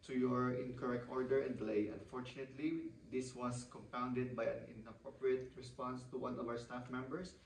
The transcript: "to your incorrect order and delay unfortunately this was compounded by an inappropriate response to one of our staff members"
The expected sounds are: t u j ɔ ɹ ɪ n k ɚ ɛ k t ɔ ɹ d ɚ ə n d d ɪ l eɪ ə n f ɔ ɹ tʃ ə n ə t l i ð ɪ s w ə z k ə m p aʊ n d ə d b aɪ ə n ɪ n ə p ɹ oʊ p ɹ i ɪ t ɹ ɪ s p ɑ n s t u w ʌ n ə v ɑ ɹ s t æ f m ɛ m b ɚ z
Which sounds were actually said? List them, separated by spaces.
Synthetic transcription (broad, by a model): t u j ɔ ɹ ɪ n k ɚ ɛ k t ɔ ɹ d ɚ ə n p l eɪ ə n f ɔ ɹ tʃ ə n ə t l i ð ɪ s w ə s k ə m p aʊ n d ə d b aɪ ə n ɪ n ə p ɹ oʊ p ɹ i ɪ t ɹ ɪ s p ɑ n s t u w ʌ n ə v ɑ ɹ s t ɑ f m ɛ m b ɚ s